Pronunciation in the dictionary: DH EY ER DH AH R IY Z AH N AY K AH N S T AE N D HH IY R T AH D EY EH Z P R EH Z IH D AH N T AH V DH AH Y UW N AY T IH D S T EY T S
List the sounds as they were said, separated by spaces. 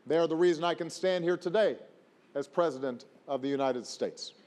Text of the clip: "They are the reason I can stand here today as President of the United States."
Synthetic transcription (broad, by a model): DH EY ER DH AH R IY Z AH N AY K AH N S T AE N D HH IY R T AH D EY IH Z P R EH Z IH D AH N T AH V DH AH Y UW N AY T IH D S T EY T S